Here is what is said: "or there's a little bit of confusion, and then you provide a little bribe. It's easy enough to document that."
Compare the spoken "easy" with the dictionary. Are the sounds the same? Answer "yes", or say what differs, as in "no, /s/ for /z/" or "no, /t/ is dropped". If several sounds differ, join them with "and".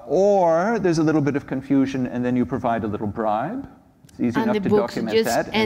yes